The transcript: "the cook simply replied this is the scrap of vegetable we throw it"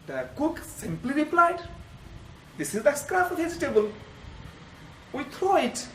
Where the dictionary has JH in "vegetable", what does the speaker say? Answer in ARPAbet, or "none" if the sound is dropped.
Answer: Z